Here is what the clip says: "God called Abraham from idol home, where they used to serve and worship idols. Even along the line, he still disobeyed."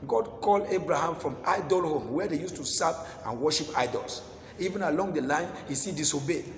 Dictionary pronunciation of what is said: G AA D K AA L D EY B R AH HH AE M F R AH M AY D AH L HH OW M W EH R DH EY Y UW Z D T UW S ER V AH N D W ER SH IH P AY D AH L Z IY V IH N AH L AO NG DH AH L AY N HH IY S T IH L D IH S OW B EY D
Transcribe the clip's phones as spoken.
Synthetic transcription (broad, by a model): G AA D K AA L D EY B R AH HH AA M F R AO M AY D AH L HH OW M W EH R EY Y UW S T UW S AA P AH N W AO SH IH P AY D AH L S IY V IH N AH L AO NG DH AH L AY N HH IY S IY D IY S OW B EY